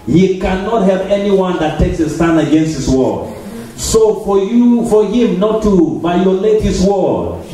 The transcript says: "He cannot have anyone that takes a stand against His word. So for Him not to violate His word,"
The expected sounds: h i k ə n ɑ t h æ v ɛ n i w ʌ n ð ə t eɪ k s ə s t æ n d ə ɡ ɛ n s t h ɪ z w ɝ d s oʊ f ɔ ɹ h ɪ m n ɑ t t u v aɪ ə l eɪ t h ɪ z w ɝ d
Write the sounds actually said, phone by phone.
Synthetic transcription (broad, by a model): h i k ə n ɑ t h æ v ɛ n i w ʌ n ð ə t eɪ k s ə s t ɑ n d ə ɡ ɛ n s t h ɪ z w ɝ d s oʊ f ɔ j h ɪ m n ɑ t t u b aɪ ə l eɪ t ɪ s w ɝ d